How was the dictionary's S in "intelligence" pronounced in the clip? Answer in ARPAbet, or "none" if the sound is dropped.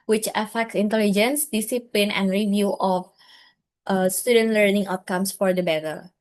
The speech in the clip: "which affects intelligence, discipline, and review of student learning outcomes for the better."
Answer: S